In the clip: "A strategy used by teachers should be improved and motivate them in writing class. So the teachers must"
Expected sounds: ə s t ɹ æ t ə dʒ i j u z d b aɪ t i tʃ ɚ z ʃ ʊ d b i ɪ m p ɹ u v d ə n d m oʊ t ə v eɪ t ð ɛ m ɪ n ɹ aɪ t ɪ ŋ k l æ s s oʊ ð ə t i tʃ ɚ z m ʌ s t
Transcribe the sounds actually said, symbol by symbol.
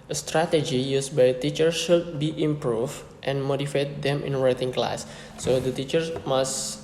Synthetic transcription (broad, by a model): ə s t ɹ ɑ t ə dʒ i j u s b aɪ t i tʃ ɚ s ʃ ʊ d b i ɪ m p ɹ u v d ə n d m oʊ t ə f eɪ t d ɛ m ɪ n ɹ aɪ t ɪ ŋ k l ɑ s s oʊ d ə t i tʃ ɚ s m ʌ s